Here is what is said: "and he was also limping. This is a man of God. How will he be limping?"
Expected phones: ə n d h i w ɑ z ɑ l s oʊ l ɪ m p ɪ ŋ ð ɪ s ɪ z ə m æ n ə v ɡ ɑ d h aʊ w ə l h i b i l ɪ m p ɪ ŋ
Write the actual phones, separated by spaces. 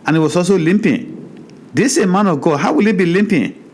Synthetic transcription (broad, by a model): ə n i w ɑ s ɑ s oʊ l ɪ m p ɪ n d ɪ s ə m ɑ n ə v ɡ ɑ d h aʊ w ə l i b i l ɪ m p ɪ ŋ